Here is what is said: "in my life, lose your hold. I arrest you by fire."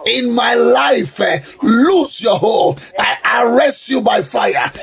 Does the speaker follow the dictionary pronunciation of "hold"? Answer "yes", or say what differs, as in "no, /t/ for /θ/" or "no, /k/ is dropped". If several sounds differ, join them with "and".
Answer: no, /d/ is dropped